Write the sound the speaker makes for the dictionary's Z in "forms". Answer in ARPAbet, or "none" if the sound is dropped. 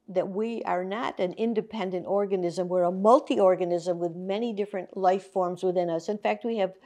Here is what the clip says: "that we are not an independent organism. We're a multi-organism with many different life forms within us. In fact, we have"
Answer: Z